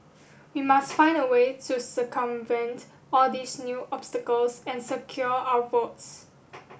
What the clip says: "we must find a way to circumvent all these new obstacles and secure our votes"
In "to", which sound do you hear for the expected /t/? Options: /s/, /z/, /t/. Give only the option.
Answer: /t/